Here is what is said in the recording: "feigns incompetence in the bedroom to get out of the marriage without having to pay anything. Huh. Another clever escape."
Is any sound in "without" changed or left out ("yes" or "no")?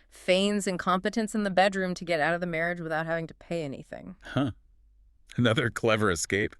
no